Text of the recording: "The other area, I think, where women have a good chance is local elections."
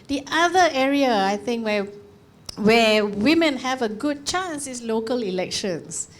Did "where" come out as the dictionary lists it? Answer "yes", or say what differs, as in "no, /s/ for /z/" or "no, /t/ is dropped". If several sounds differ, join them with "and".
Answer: no, /w/ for /ɹ/